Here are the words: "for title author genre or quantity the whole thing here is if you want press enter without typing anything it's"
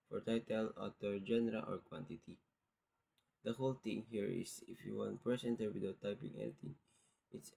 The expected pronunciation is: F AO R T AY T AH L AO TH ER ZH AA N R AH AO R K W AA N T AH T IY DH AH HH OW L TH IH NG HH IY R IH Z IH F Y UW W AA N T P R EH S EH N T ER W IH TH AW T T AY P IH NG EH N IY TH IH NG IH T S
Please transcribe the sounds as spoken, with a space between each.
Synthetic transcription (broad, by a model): F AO R T AY T AH L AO T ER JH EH N R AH AO R K W AA N T AH T IY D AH HH OW L T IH NG HH IY R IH S IH F Y UW W AA N T P R EH S EH N T ER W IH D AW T T AY P IH NG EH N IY T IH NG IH T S